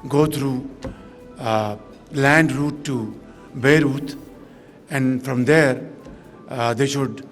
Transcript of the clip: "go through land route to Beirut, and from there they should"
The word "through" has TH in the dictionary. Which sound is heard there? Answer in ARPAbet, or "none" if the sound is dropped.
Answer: T